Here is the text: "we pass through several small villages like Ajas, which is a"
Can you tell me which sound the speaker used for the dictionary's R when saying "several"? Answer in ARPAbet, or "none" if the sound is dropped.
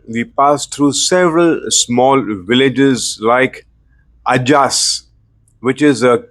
R